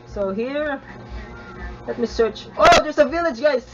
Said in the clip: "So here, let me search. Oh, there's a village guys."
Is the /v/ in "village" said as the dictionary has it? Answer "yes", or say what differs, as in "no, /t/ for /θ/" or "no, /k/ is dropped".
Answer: yes